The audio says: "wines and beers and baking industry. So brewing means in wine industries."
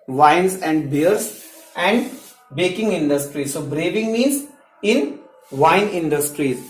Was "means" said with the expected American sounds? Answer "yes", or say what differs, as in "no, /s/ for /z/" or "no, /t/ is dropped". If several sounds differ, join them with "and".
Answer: no, /n/ is dropped